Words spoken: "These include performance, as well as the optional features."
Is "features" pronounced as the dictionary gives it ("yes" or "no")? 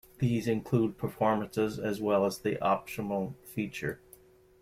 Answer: no